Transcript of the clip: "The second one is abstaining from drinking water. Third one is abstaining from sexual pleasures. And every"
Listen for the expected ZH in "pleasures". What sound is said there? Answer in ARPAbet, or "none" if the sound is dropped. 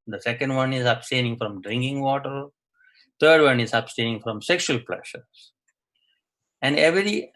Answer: SH